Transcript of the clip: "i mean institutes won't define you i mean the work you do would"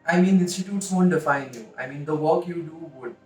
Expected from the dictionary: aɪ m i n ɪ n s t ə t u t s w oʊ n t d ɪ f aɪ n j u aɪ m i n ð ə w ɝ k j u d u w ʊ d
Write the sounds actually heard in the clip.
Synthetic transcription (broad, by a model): aɪ m i n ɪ s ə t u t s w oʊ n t d ɪ f aɪ n j u aɪ m i n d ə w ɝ k j u d u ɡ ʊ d